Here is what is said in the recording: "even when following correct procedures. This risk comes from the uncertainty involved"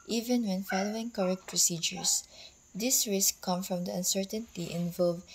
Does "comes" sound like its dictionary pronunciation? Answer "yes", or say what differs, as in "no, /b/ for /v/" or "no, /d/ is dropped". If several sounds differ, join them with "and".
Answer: no, /z/ is dropped